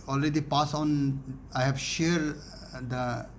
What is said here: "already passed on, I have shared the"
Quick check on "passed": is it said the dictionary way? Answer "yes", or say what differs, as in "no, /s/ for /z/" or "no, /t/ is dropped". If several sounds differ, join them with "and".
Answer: no, /t/ is dropped